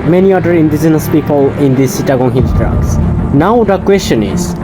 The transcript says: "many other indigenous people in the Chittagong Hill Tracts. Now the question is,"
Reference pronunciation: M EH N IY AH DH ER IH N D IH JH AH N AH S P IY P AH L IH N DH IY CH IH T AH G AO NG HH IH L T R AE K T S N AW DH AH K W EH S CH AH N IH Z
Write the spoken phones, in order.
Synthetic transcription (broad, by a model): M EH N IY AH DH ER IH N D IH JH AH N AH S P IY P AH L IH N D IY S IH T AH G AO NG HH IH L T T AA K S N AW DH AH K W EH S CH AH N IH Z